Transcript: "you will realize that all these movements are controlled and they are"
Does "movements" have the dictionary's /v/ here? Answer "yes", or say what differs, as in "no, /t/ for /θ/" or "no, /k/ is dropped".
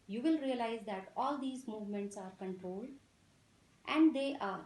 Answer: yes